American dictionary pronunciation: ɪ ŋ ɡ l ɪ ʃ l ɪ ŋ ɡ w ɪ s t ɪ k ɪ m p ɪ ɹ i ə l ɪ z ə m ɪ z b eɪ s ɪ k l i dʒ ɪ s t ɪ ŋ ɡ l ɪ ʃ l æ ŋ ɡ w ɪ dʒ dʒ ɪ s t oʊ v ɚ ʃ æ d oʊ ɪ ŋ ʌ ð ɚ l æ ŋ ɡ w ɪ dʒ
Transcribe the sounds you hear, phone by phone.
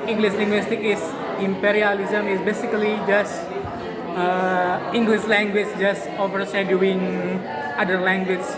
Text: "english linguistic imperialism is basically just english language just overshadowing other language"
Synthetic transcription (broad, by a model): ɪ ŋ ɡ l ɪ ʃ l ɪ ŋ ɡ w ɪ s t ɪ k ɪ m p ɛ ɹ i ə l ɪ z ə m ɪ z b eɪ s ɪ k l i dʒ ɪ s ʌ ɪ ŋ ɡ l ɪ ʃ l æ ŋ ɡ w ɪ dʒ dʒ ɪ s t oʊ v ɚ s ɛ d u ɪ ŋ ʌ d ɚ l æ ŋ ɡ w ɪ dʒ